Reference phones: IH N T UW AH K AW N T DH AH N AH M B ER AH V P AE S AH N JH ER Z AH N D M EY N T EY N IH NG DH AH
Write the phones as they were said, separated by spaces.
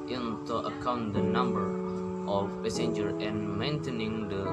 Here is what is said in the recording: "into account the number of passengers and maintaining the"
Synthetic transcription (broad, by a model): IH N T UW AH K AW N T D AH N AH M B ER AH F P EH S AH N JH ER AH N M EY N T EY N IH NG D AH